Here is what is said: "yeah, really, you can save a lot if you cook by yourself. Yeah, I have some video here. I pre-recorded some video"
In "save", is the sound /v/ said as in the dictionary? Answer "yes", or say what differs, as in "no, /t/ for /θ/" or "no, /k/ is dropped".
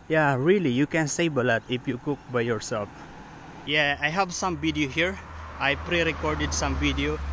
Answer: no, /b/ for /v/